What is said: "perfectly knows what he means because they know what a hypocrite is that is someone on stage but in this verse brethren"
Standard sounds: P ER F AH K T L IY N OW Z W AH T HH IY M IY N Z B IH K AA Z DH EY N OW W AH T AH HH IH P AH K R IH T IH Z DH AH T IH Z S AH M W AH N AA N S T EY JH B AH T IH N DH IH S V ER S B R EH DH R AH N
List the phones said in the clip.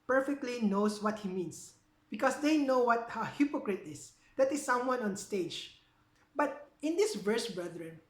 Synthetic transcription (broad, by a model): P ER F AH K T L IY N OW S W AH T HH IY M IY N S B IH K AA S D EY N OW W AH T AH HH IH P AH K R IH T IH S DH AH T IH S AH M W AH N AA N S T EY JH B AH T IH N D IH S V ER S B R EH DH R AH N